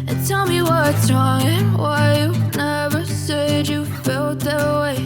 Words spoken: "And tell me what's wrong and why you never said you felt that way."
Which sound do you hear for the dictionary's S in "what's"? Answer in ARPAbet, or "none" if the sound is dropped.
none